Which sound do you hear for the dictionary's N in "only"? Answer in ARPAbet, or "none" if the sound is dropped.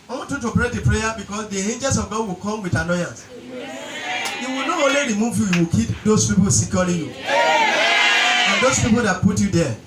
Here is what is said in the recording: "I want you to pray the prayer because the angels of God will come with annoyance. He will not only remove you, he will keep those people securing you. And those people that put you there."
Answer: none